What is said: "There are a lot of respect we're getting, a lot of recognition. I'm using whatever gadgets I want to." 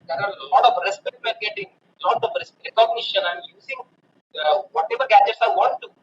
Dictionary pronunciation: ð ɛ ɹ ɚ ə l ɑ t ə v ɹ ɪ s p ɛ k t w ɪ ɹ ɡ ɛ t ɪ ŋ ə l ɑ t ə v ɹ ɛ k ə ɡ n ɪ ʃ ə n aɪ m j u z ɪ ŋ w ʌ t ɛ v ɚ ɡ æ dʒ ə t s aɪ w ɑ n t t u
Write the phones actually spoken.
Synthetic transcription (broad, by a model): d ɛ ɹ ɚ ə l ɑ t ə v ɹ ɪ s p ɛ k t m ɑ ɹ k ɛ t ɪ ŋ ə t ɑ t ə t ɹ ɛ k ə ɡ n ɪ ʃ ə n aɪ m j u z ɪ ŋ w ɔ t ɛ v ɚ ɡ æ dʒ ə t s aɪ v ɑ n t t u